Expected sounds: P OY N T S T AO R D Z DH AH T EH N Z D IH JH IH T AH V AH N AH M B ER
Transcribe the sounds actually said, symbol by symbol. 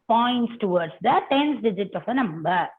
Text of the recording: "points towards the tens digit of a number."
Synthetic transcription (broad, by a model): P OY N T S T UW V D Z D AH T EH N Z D IH JH IH T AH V AH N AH M B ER